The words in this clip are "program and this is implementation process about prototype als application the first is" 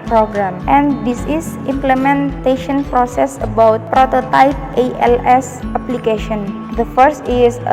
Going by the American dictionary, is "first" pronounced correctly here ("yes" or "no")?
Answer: yes